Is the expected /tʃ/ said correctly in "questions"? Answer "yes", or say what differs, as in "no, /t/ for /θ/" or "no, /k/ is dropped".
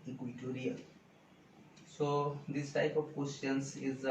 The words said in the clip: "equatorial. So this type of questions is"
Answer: no, /tʃ/ is dropped